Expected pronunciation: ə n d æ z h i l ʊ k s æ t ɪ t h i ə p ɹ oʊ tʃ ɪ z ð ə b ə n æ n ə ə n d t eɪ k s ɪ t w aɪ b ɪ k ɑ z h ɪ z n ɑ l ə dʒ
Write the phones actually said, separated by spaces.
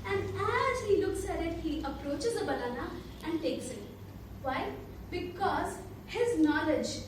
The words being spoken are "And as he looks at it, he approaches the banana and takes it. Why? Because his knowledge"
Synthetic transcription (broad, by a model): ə n d æ z h i l ʊ k s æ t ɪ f h i ə p ɹ oʊ tʃ ɪ z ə b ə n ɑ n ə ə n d t eɪ k s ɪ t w aɪ b ɪ k ɑ z h ɪ z n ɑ l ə dʒ